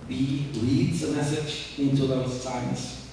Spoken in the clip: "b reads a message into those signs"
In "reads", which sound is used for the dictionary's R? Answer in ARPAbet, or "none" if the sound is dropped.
L